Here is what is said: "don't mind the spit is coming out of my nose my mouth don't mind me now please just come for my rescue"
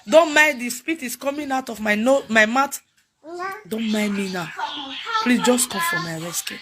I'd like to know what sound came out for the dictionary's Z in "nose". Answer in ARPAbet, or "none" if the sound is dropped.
none